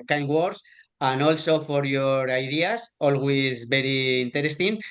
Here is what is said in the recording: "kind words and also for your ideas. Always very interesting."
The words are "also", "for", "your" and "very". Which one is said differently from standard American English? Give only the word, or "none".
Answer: very